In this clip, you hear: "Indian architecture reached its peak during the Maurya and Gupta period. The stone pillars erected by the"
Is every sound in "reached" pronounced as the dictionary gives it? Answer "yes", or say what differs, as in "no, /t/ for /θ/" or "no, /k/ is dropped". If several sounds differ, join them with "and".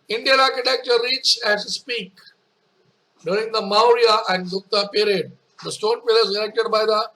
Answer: no, /t/ is dropped